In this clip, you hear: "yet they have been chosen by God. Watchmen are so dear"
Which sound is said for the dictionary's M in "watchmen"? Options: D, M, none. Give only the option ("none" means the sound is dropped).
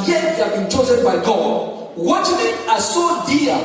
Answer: none